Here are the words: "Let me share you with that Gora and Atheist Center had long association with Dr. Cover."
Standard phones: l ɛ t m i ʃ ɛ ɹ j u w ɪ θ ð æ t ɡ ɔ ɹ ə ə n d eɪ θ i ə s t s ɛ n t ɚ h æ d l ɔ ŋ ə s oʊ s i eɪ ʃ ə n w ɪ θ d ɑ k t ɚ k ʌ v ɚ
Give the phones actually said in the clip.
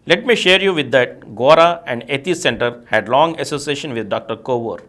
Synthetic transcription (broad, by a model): l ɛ t m i ʃ ɛ ɹ j u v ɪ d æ t ɡ ɔ ɹ ə ə n d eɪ t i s s ɛ n t ɚ h æ d l ɔ ŋ ə s oʊ s i eɪ ʃ ə n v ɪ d d ɑ k t ɚ k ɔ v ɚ